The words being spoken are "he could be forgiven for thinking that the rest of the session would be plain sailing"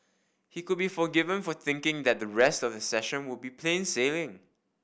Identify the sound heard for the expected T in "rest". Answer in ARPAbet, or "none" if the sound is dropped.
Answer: T